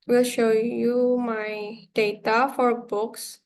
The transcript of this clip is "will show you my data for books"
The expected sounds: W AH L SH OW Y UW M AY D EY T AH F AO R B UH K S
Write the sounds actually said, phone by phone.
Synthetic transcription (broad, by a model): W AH L SH OW Y UW M AY D EY T AH F AO R B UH K S